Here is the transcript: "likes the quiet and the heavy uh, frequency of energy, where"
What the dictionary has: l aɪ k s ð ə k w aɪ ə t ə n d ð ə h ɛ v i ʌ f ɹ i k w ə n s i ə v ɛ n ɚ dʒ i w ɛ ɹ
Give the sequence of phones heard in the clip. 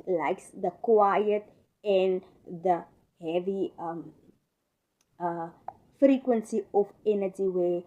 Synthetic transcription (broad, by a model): l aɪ k s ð ə k w aɪ ə t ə n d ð ə h ɛ v i ʌ f ɹ i k w ə n s i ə f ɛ n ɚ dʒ i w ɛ